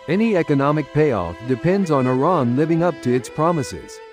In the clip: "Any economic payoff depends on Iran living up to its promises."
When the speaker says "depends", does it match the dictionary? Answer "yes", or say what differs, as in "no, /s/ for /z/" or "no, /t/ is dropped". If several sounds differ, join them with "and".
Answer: yes